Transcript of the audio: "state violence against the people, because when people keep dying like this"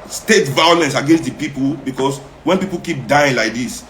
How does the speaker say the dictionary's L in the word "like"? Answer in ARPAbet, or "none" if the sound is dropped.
L